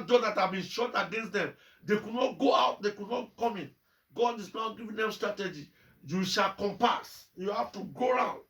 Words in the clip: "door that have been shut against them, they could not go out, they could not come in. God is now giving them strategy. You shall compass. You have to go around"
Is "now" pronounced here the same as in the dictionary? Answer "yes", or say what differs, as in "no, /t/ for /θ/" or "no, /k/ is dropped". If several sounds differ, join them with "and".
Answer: yes